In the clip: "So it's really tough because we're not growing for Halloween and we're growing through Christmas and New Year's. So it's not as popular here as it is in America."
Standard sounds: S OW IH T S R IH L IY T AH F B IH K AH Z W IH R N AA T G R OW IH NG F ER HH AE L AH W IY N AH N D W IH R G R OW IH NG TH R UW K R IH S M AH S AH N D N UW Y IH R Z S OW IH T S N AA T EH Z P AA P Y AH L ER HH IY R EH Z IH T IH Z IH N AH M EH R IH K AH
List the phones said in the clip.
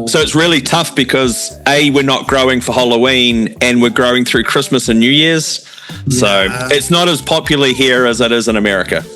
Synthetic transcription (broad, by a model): S OW IH T S R IH L IY T AH F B IH K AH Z W IH R N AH T G R OW IH NG F ER HH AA L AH W IY N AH N W IH R G R OW IH NG TH R UW K R IH S M AH S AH N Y UW Y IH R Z S OW IH T S N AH T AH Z P AA P Y L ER HH IY R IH Z IH T IH Z IH N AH M EH R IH K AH